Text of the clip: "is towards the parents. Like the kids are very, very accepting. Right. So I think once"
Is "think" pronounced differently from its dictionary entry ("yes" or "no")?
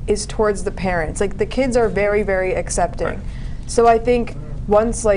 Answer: no